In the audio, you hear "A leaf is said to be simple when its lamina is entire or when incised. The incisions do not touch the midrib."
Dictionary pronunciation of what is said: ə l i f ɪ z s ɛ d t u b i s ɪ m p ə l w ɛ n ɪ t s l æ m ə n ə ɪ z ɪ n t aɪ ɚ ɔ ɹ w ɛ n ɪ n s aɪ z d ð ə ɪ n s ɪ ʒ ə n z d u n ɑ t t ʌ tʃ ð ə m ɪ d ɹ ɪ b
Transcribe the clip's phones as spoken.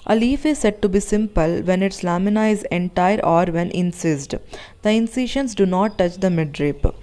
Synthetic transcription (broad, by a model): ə l i f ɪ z s ɛ d t u b i s ɪ m p ə l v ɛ n ɪ t s l æ m ə n ə ɪ z ɪ n t aɪ ɚ ɔ ɹ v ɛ n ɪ n s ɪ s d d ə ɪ n s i ʃ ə n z d u n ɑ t t ʌ tʃ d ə m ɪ d ɹ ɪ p